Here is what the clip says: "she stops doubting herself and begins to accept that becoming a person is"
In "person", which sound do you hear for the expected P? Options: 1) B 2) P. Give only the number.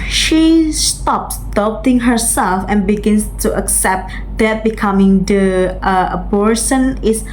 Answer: 1